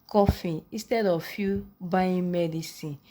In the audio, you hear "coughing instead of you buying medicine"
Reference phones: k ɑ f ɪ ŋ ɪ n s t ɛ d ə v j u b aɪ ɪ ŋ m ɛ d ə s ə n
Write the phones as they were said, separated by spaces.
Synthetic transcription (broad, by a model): k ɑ f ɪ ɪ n s t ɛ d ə f j u b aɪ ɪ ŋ m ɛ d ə s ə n